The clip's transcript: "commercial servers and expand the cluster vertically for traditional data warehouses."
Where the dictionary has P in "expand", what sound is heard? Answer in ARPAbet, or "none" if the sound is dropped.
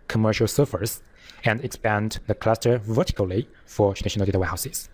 P